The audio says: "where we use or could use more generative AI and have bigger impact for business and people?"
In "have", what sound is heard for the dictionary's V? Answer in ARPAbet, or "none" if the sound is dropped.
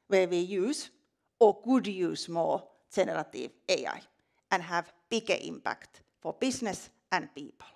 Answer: V